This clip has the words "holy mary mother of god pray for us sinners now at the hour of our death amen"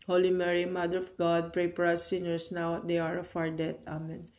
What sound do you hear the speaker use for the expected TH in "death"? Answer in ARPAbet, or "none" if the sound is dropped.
T